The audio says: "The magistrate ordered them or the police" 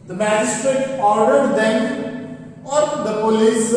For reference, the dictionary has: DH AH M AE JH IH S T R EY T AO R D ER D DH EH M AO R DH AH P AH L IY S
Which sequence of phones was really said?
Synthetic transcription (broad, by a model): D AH M AE JH IH S T R EY T AO R D ER D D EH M AO R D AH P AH L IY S